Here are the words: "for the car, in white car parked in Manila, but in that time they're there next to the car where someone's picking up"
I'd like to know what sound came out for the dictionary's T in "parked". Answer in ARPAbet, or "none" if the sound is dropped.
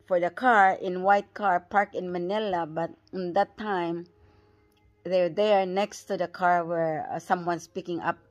none